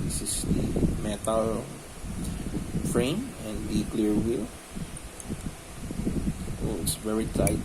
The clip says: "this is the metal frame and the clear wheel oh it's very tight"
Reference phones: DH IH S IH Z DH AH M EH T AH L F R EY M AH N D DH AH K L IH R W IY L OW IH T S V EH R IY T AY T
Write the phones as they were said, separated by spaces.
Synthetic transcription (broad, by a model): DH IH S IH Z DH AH M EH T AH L F R EY M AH N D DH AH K L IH R W IY L OW IH T S V EH R IY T AY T